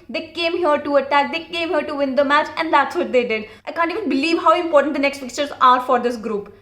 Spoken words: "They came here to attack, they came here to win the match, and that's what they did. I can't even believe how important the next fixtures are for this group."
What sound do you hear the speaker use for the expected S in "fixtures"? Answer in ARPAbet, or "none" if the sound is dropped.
none